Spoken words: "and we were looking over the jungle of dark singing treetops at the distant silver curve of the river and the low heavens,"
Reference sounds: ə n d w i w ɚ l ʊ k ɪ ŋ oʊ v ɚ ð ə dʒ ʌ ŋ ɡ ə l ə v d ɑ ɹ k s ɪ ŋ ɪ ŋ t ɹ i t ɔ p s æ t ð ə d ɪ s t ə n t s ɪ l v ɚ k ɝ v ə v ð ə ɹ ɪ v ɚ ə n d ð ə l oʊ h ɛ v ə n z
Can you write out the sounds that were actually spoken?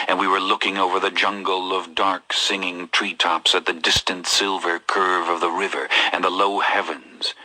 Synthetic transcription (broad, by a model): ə n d w i w ɚ l ʊ k ɪ ŋ oʊ v ɚ ð ə dʒ ʌ ŋ ɡ l ə v d ɑ ɹ k s ɪ ŋ ɪ ŋ t ɹ i t ɔ p s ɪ t ð ə d ɪ s t ə n t s ɪ l v ɚ k ɝ v ə v ð ə ɹ ɪ v ɚ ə n ð ə l oʊ h ɛ v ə n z